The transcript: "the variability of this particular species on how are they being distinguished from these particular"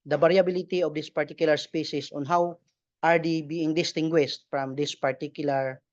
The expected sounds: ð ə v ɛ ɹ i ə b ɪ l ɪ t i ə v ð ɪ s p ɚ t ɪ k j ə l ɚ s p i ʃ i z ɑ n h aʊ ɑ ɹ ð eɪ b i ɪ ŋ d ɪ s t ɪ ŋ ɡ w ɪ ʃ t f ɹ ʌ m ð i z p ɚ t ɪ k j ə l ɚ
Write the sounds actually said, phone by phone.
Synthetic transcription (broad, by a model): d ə b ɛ ɹ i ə b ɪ l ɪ t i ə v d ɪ s p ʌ t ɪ k j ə l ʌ s p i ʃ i s ɑ n h aʊ ɑ ɹ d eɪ b i ɪ ŋ d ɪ s t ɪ ŋ ɡ w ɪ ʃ t f ɹ ʌ m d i s p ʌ t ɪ k j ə l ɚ